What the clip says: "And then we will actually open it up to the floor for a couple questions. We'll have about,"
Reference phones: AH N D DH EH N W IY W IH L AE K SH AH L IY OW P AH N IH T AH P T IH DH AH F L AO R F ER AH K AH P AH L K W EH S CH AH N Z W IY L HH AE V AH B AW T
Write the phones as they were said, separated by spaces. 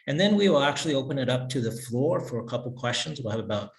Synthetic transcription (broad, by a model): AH N DH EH N W IY W IH L AE K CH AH L IY OW P AH N IH T AH P T IH DH AH F L AO R F ER AH K AH P L K W EH S CH AH N Z W IY L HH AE V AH B AW T